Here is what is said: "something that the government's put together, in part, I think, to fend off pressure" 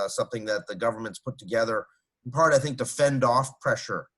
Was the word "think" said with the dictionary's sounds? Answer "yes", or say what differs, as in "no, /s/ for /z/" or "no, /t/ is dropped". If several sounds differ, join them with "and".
yes